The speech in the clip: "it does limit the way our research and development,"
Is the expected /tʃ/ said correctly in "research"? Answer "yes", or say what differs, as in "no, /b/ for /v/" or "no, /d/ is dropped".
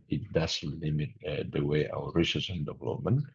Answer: no, /s/ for /tʃ/